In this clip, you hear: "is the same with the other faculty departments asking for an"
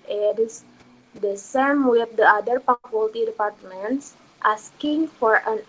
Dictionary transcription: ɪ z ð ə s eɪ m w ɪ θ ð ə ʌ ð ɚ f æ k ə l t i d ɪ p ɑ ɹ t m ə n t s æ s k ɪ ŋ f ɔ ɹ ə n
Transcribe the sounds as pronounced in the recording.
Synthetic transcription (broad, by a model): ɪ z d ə s eɪ m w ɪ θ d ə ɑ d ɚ p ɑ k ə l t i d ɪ p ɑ ɹ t m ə n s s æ s k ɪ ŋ f ɔ ɹ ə n